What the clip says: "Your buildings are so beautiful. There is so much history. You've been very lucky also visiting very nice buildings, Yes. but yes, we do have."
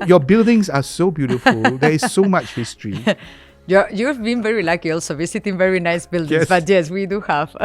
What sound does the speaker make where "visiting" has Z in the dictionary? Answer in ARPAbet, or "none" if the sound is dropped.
S